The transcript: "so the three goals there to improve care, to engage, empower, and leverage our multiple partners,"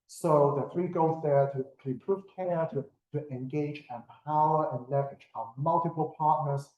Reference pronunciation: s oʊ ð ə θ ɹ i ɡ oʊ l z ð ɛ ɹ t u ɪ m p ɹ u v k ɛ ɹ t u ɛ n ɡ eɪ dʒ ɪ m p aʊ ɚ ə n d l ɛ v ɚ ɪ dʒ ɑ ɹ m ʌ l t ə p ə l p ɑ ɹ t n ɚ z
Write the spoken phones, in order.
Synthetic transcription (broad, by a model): s oʊ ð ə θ ɹ i ɡ oʊ z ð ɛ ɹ t u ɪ p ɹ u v k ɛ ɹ t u ɛ n ɡ eɪ dʒ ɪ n p aʊ ɚ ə n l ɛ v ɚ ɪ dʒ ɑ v m ʌ l t ə p ə l p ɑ ɹ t n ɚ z